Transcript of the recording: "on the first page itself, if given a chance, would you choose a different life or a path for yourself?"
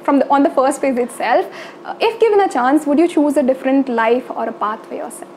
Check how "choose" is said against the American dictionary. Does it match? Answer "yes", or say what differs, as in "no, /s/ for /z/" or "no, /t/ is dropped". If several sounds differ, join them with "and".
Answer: yes